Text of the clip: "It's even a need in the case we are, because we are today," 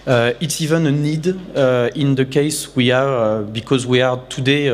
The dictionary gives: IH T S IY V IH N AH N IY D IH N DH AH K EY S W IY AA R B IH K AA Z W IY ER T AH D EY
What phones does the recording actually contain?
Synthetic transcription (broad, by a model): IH T S IY V IH N AH N IY D IH N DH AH K EY S W IY AA R B IH K AA Z W IY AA T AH D EY